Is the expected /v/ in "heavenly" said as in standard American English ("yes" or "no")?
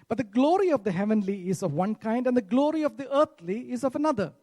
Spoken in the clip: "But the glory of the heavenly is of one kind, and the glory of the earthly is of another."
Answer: yes